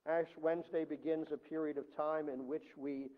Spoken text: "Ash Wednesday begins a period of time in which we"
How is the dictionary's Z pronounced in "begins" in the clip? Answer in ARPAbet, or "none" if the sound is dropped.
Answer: Z